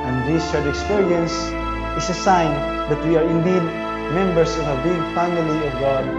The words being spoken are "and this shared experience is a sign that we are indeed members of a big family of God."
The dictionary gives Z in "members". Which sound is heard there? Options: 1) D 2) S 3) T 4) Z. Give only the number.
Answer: 2